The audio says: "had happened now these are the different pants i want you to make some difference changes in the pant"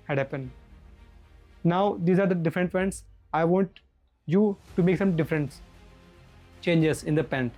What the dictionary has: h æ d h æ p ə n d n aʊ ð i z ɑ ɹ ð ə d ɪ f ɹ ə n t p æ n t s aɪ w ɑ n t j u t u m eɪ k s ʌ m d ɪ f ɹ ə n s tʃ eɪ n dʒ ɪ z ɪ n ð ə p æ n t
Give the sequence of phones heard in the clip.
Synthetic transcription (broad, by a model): h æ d h æ p ə n d n aʊ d i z ɑ ɹ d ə d ɪ f ɹ ə n t f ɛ n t s aɪ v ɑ n t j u t u m eɪ k s ʌ m d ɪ f ɹ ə n s tʃ eɪ n dʒ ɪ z ɪ n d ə p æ n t